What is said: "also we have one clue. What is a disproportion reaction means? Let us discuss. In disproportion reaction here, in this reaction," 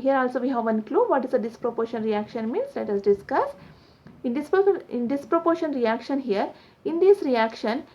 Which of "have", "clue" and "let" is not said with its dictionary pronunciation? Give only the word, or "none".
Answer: none